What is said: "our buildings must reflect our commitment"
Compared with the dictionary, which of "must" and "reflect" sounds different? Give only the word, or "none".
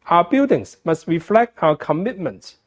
none